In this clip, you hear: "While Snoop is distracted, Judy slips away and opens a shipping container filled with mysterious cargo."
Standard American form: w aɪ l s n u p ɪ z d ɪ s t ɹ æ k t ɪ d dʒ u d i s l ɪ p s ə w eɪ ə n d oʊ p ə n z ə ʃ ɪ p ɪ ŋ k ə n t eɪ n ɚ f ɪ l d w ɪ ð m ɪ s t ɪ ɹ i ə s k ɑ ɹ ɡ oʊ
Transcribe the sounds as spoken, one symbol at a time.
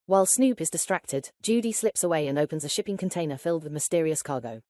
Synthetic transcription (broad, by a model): w aɪ l s n u p ɪ z d ɪ s t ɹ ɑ k t ɪ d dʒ u d i s l ɪ p s ə w eɪ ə n oʊ p ə n z ə ʃ ɪ p ɪ ŋ k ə n t eɪ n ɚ f ɪ l d w ɪ ð m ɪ s t ɪ ɹ i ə s k ɑ ɡ oʊ